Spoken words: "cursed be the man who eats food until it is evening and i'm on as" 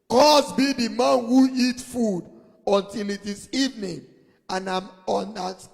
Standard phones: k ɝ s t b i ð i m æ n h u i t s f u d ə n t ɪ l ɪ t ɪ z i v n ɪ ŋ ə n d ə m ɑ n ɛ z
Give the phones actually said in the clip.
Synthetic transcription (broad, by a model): k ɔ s b i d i m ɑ n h u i t f u d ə n t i l ɪ t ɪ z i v n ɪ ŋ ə n ə m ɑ n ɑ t